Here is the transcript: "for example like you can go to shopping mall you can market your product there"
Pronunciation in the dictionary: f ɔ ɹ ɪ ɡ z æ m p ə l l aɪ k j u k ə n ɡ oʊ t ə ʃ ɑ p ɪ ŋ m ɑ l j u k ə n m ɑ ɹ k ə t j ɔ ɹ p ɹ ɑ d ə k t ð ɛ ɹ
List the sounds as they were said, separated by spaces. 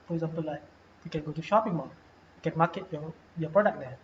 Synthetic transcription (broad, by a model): f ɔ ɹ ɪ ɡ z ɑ m p ə l l aɪ k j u k ə n ɡ oʊ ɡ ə ʃ ɑ p ɪ ŋ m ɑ j u k ə n m ɑ k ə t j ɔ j p ɹ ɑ d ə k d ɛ